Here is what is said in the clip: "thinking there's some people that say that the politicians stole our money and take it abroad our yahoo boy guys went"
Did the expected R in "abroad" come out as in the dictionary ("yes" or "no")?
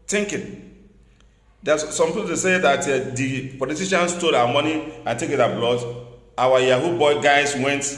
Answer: no